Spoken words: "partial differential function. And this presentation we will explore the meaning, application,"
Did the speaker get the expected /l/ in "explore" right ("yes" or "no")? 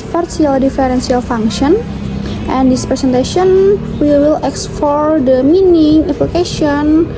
no